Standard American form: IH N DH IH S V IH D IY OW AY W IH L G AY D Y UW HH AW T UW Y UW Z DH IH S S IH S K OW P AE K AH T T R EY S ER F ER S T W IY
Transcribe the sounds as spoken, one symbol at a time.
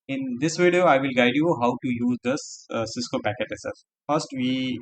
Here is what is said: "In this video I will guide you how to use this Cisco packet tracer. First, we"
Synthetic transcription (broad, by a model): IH N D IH S V IH D IY OW AY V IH L G AY D Y UW HH AW T UW Y UW Z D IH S S IH S K OW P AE K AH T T EY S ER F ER S T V IY